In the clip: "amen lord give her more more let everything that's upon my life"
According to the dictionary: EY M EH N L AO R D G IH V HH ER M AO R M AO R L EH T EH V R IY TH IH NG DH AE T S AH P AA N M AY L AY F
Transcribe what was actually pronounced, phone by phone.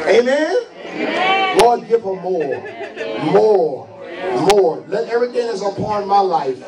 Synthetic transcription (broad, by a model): EY M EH N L AO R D G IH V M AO M AO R M AO R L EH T EH V R IY TH IH NG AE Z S AH P AA N M AY L AY F